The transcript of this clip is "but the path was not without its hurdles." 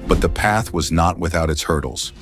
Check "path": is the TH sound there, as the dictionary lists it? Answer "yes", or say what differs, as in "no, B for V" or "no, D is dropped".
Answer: yes